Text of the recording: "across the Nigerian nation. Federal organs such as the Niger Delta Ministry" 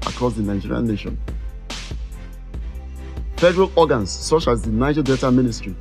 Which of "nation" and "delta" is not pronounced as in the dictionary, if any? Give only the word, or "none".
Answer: delta